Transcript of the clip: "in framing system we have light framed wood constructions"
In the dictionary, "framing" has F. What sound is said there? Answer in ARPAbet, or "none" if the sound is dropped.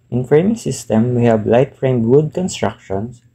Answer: F